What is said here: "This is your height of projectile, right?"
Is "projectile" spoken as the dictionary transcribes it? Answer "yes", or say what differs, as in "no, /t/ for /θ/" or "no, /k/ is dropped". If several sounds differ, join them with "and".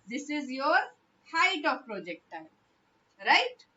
no, /n/ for /l/